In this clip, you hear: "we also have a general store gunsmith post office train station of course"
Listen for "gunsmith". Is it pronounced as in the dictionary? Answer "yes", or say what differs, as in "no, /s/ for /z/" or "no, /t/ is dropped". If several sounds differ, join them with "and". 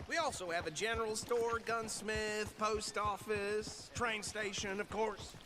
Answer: yes